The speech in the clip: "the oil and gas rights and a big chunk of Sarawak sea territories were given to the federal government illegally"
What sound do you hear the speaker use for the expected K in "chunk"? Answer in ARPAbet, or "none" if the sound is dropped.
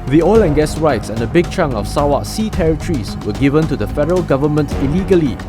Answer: none